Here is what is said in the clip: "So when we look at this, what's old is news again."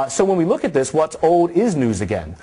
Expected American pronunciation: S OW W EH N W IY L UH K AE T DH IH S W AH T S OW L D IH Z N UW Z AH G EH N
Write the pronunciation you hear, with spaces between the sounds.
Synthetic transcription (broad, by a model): S OW W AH N W IY L UH K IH T DH IH S W AH T S OW L D IH Z N UW Z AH G EH N